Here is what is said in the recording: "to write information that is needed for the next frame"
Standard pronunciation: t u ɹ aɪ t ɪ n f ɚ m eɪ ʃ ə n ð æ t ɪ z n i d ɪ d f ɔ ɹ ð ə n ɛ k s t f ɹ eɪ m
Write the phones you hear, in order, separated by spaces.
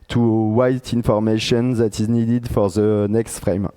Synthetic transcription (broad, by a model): t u w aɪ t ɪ n f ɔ m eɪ ʃ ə n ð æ t ɪ z n i d ɪ d f ɔ ɹ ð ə n ɛ k s t f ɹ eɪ m